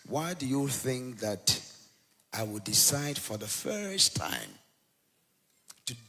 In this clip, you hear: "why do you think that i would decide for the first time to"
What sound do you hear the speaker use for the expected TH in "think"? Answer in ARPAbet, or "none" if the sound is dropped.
TH